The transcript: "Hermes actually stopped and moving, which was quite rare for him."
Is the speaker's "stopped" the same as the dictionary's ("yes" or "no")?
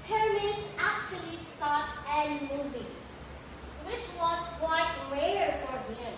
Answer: no